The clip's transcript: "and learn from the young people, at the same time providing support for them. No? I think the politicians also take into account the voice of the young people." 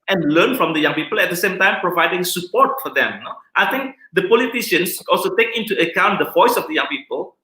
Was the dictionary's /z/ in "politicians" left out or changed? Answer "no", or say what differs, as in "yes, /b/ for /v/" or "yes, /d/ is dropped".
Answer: yes, /s/ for /z/